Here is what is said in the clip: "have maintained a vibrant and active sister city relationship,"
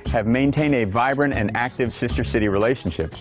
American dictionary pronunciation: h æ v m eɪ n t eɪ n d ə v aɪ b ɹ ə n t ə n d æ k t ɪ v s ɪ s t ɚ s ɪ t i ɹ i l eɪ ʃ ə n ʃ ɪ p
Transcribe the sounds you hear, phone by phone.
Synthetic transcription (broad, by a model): h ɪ v m eɪ n t eɪ n d ə v aɪ b ɹ ə n t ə n æ k t ɪ v s ɪ s t ɚ s ɪ t i ɹ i l eɪ ʃ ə n ʃ ɪ p